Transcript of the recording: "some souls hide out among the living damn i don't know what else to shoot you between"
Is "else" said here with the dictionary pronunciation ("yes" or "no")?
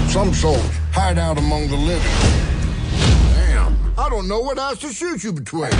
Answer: no